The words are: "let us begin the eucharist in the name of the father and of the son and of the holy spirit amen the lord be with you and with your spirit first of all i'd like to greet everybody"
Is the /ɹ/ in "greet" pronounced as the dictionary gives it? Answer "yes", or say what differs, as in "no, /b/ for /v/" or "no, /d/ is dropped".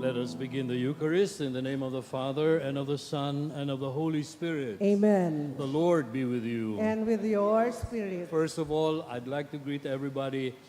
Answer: yes